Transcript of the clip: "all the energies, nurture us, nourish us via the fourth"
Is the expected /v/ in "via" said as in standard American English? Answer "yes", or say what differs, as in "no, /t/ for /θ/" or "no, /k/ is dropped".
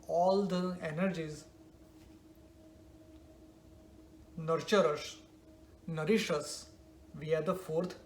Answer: yes